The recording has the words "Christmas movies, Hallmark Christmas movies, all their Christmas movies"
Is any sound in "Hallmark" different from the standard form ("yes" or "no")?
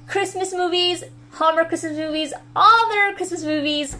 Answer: yes